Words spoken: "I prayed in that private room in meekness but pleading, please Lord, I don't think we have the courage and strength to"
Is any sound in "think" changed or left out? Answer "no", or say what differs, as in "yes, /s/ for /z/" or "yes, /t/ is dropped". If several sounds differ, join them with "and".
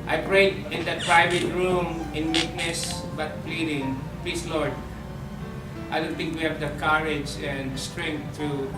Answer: yes, /t/ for /θ/